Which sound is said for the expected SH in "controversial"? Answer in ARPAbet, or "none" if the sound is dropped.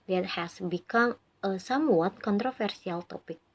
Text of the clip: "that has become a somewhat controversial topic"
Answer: S